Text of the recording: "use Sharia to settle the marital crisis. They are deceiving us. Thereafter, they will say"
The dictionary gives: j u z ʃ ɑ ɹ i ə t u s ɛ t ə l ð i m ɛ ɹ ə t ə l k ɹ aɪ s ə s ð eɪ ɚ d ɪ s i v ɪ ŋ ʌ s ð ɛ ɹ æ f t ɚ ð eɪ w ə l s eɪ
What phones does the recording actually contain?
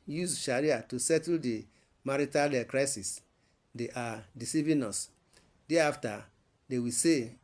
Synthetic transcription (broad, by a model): j u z ʃ ɑ ɹ i ə t u s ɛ t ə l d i m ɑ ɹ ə t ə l k ɹ aɪ s ə s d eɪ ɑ d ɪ s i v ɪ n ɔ s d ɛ ɑ f t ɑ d eɪ w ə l s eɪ